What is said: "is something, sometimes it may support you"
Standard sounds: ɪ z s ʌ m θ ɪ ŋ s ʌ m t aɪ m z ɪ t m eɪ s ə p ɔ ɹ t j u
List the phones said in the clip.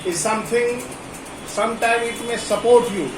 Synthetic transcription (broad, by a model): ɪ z s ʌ m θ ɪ ŋ s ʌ m t aɪ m ɪ t m eɪ s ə p ɔ ɹ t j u